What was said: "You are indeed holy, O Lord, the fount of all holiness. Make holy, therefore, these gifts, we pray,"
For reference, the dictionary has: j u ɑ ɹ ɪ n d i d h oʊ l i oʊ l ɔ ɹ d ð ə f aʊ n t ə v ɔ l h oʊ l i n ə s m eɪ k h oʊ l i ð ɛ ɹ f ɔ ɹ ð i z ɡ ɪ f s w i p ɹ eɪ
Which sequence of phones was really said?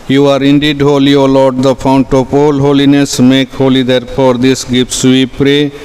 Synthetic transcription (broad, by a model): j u ɑ ɹ ɪ n d i d h oʊ l i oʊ l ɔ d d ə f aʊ n t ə p ɔ l h oʊ l i n ə s m eɪ k h oʊ l i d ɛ ɹ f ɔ ɹ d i s ɡ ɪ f s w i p ɹ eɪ